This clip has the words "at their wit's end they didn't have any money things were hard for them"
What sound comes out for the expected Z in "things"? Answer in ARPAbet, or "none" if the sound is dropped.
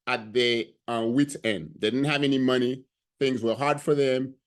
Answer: Z